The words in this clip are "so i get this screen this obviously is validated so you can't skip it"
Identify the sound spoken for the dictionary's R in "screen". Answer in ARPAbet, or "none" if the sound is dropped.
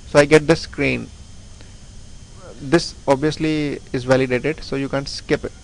R